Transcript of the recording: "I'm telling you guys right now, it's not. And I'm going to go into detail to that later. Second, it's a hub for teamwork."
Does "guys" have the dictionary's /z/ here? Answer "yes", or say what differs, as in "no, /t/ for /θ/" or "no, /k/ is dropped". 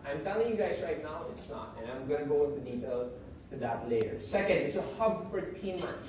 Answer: yes